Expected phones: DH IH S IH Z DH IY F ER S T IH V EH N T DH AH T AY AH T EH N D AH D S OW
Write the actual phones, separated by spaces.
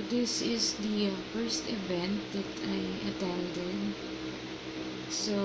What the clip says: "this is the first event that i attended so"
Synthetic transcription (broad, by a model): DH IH S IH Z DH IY F ER S T IH V EH N T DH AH T AY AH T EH L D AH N S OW